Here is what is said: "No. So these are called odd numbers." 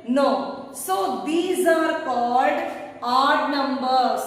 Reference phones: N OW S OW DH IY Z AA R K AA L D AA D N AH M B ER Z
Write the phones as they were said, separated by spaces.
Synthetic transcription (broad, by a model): N OW S OW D IY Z AA R K AA L D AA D N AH M B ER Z